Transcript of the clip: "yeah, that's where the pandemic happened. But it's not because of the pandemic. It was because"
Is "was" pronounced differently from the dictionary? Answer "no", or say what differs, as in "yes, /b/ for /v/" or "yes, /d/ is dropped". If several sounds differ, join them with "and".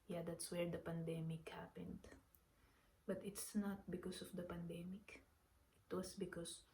yes, /s/ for /z/